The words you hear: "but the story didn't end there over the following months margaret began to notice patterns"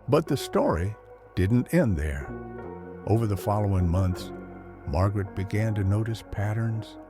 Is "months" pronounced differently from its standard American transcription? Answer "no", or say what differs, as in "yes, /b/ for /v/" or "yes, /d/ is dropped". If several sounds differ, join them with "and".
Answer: no